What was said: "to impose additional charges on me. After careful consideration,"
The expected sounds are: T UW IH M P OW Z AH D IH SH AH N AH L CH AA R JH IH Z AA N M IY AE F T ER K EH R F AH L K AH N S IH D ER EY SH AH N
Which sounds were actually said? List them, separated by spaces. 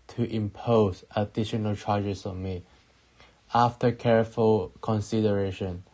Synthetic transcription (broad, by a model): T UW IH M P OW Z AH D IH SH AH N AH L CH AA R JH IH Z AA M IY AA F T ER K EH R F AH L K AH N S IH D ER EY SH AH N